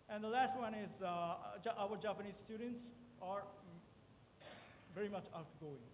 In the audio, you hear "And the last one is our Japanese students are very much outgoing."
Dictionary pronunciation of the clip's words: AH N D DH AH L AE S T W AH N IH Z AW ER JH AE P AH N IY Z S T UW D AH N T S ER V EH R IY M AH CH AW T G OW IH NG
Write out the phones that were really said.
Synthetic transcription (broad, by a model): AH N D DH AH L AE S T W AH N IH Z AW ER JH AE P AH N IY Z S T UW D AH N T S ER V EH R IY M AH CH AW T G OW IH NG